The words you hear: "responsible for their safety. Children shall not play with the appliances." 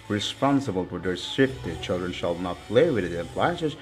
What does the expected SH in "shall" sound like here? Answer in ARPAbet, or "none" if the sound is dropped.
SH